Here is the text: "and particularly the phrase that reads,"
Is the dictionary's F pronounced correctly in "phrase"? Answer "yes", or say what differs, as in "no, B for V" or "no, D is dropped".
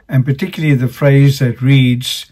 yes